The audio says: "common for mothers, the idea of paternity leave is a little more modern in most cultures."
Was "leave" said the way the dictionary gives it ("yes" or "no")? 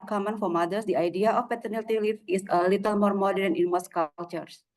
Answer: no